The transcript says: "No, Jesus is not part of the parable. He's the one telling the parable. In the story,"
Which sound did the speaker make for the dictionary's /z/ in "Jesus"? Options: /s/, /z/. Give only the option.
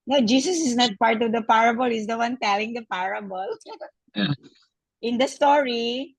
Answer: /s/